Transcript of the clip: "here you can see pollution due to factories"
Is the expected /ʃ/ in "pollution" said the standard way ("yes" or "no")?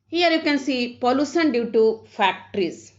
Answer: no